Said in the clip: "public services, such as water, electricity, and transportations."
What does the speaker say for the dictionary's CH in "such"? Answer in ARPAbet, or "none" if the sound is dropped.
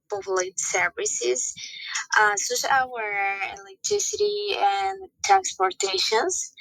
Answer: S